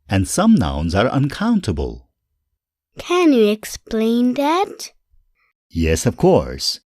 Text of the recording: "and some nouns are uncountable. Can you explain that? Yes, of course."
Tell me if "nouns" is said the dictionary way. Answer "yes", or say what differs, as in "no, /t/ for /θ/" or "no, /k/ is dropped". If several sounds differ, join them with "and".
yes